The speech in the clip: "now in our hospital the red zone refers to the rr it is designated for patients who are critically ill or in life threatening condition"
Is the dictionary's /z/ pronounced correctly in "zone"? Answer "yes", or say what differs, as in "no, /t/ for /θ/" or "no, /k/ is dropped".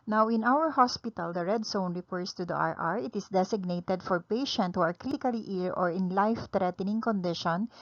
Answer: no, /s/ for /z/